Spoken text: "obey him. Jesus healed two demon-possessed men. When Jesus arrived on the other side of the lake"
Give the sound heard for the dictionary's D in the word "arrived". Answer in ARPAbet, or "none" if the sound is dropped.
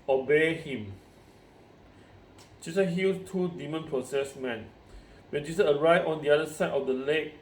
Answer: none